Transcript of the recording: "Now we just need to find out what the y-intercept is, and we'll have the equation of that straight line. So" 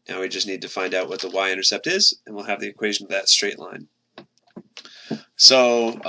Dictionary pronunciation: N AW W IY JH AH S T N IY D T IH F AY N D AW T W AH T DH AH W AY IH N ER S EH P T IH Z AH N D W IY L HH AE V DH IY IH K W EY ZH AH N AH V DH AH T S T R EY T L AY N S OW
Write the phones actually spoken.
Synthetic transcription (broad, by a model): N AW W IY JH AH S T N IY D T IH F AY N D AW T W AH T DH AH W AY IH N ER S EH P T IH Z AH N W IY L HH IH V DH IY IH K W EY ZH AH N AH V DH AH T S T R EY T L AY N S OW